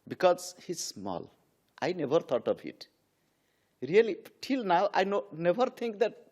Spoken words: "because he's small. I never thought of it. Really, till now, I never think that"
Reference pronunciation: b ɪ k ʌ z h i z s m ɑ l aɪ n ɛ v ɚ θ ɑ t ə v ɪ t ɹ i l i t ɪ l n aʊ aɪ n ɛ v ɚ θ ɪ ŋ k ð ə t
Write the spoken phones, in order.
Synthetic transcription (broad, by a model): b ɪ k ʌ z h i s m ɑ l aɪ n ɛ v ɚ t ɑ t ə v ɪ t ɹ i l i t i l n aʊ aɪ n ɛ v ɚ t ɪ ŋ k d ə t